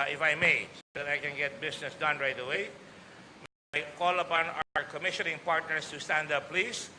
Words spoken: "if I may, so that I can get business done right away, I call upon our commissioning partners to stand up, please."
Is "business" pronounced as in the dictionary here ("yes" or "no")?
no